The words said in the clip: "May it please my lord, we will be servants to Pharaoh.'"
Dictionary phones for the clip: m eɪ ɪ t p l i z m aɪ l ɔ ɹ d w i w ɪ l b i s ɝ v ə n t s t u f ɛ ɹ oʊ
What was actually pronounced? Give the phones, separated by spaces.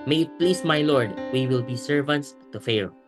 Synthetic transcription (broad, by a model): m eɪ ɪ t p l i s m aɪ l ɔ ɹ d w i w ɪ l b i s ɝ v ə n t s t u f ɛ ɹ